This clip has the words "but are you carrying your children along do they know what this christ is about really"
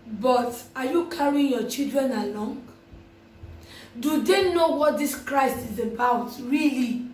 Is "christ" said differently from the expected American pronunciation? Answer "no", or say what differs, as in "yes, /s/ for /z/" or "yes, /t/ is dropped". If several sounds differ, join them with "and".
no